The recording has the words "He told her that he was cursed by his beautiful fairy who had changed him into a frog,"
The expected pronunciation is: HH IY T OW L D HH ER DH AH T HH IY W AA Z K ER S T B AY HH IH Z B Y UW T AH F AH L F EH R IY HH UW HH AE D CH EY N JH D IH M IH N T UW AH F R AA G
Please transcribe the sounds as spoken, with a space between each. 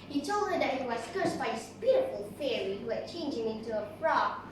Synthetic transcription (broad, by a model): HH IY T OW L D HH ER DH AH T HH IY W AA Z K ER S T B AY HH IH S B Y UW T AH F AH L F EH R IY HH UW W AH CH EY N JH IH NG IH N T UW AH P R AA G